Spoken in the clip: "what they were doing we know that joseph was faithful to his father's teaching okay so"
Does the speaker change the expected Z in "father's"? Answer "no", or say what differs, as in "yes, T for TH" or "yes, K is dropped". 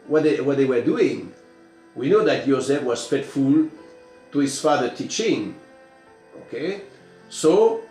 yes, Z is dropped